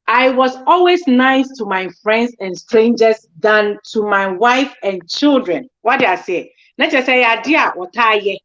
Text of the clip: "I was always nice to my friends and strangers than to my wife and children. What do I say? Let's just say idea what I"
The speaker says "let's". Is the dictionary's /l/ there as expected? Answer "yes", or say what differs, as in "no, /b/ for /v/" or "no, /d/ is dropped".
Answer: no, /n/ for /l/